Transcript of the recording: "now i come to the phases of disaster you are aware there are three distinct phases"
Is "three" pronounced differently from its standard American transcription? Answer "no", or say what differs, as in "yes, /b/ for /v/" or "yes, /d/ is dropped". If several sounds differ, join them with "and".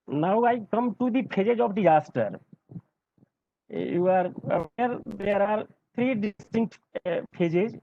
yes, /t/ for /θ/